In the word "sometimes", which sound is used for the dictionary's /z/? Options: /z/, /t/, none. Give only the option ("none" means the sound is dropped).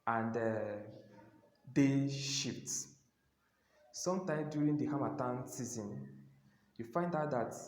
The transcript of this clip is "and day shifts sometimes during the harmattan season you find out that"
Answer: none